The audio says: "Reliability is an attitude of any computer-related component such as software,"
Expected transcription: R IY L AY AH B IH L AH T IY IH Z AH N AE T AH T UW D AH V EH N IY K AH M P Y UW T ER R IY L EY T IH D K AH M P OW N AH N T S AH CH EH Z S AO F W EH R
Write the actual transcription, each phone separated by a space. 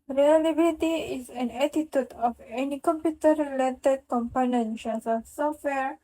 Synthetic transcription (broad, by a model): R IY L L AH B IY L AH T IY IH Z AH N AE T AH T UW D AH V EH N IY K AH M P Y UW T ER R IY L EY T IH D K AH M P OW N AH N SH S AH S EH S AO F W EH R